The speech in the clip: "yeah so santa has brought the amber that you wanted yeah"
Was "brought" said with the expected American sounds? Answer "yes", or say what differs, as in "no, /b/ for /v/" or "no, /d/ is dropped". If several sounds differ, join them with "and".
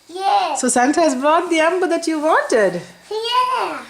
yes